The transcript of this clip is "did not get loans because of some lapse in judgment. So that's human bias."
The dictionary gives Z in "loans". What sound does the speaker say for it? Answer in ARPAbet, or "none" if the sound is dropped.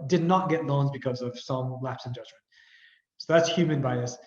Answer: Z